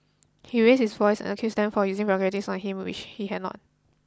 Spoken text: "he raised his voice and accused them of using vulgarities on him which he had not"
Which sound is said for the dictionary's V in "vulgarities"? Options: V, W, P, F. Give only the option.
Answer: P